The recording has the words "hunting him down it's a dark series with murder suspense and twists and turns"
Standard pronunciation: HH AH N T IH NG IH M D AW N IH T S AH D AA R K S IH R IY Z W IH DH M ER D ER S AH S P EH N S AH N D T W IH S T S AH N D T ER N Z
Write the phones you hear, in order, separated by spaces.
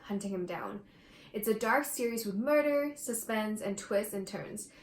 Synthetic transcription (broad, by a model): HH AH N T IH NG IH M D AW N IH T S AH D AA R K S IH R IY Z W IH DH M ER D ER S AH S P EH N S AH N T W IH S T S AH N T ER N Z